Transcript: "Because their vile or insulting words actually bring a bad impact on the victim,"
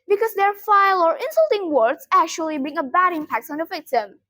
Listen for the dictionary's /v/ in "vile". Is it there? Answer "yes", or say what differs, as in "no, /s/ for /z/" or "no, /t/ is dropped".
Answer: no, /f/ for /v/